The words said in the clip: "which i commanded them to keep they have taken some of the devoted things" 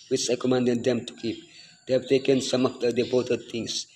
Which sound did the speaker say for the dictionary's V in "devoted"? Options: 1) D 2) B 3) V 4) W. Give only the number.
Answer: 2